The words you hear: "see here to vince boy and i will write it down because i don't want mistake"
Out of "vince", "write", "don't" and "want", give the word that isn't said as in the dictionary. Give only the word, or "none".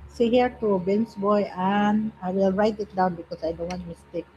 vince